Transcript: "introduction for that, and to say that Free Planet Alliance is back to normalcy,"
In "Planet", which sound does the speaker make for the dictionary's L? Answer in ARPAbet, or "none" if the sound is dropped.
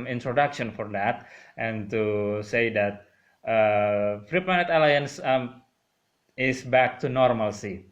none